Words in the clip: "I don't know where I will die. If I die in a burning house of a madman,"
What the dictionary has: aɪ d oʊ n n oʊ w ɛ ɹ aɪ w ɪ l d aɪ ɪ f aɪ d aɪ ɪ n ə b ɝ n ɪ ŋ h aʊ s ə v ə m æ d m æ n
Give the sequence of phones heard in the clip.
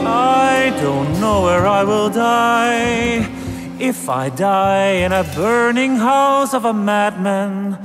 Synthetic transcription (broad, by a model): aɪ d oʊ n n oʊ w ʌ ɹ aɪ w ɪ l d aɪ ɪ f aɪ d aɪ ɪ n ə b ɝ n ɪ ŋ h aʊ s ə v ə m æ d m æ n